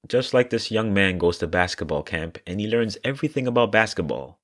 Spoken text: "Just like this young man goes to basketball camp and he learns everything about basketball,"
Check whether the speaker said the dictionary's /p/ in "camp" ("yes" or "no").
yes